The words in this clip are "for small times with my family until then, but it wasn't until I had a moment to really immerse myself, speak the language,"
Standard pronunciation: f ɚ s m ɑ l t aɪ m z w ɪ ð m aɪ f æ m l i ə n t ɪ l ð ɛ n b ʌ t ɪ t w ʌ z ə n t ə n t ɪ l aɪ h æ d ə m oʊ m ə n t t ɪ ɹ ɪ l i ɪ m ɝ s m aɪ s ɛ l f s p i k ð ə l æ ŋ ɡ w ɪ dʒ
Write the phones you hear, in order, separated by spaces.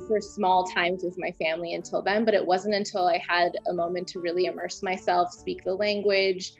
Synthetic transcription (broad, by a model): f ɚ s m ɑ l t aɪ m z w ɪ ð m aɪ f æ m l i ə n t ɪ l ð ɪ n b ʌ t ɪ t w ʌ z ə n t ə n t ɪ l aɪ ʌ d ə m oʊ m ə n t t ɪ ɹ ɪ l i ɪ m ɝ s m aɪ s ɛ l f s p i k ð ə l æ ŋ ɡ w ɪ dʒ